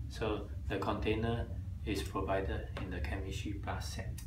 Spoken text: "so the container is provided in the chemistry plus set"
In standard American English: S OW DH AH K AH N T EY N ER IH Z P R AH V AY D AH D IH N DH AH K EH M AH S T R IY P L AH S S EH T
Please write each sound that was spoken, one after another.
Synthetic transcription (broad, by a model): S OW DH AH K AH N T EY N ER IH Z P R AH V AY D AH D IH N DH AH K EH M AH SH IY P AA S S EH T